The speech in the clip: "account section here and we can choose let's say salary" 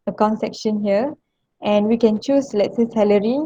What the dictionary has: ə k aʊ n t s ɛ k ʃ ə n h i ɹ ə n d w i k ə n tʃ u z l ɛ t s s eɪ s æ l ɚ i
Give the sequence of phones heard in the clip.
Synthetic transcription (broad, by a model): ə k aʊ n s ɛ k ʃ ə n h i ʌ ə n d w i k ə n tʃ u s l ɛ t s s eɪ s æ l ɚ i